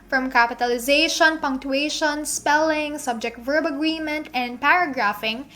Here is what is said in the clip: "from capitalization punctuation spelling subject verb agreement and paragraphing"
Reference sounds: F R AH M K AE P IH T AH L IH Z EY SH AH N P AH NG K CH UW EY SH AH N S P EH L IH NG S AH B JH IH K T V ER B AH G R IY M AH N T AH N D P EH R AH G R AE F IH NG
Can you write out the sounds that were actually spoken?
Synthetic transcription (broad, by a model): F R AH M K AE P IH T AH L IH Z EY SH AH N P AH NG K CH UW EY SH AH N S P EH L IH NG S AH B JH IH K T V ER B AH G R IY M AH N T AH N D P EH R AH G R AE F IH NG